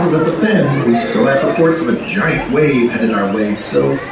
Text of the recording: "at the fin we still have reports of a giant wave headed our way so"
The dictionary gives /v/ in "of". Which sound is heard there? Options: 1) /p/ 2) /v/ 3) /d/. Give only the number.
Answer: 2